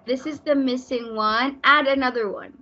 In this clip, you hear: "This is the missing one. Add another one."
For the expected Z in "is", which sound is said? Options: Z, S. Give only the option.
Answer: Z